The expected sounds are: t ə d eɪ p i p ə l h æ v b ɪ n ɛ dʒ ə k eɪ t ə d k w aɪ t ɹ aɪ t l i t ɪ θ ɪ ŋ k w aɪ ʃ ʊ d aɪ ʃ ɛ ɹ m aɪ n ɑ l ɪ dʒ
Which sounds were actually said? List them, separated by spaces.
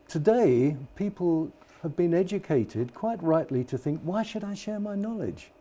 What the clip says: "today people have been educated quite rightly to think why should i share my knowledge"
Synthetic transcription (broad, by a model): t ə d eɪ p i p ə l h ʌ v b ɪ n ɛ dʒ ə k eɪ t ə d k w aɪ t ɹ aɪ t l i t ɪ θ ɪ ŋ k w aɪ ʃ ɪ d aɪ ʃ ɛ ɹ m aɪ n ɑ l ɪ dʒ